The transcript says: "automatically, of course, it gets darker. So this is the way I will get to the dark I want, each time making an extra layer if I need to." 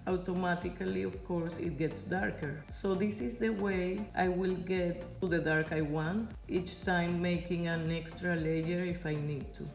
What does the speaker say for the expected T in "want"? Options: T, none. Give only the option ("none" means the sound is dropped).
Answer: T